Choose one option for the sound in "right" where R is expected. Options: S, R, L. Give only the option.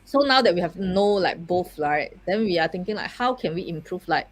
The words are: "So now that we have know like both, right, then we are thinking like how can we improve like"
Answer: L